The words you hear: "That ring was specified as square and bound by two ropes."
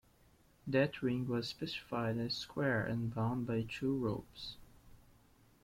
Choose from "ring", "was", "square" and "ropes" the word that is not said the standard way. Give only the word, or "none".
none